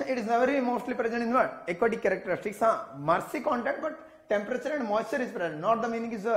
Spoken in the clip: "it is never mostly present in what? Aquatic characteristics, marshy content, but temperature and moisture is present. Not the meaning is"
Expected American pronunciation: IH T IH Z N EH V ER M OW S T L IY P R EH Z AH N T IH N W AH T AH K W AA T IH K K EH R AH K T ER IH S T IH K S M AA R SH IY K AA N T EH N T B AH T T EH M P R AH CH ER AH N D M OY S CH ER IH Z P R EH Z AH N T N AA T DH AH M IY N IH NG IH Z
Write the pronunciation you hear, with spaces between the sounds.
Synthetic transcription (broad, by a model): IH T IH Z N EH V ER M OW S T L IY P R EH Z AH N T IH N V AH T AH K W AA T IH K K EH R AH K T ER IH S T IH K S M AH R S IY K AA N T EH N T B AH T T EH M P R AH CH ER AH N D M OY S CH ER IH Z P R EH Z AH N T N AA T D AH M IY N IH NG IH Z